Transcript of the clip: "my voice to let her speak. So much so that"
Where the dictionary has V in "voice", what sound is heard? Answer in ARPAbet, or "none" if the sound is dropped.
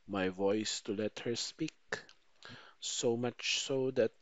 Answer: V